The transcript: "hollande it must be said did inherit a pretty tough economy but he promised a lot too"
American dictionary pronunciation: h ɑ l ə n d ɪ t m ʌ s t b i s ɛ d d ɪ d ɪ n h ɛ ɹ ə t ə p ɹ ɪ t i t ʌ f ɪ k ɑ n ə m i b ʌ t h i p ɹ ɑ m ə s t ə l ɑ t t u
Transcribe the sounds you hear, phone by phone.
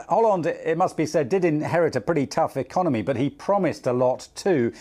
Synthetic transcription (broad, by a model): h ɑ l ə n d ɪ t m ʌ s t b i s ɛ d d ɪ d ɪ n h ɛ ɹ ə t ə p ɹ ɪ t i t ʌ f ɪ k ɑ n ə m i b ʌ t h i p ɹ ɑ m ə s t ə l ɑ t t u